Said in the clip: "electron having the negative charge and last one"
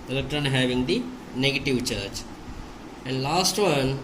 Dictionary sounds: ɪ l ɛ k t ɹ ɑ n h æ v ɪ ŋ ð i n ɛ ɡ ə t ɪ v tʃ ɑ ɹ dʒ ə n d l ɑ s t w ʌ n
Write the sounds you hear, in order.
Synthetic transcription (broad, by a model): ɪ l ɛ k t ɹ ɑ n h æ v ɪ ŋ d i n ɛ ɡ ə t ɪ v tʃ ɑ ɹ tʃ ə n d l ɑ s t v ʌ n